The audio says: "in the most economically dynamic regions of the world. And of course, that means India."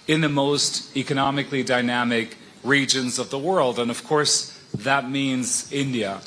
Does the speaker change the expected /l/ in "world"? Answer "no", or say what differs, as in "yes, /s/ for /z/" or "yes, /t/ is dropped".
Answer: no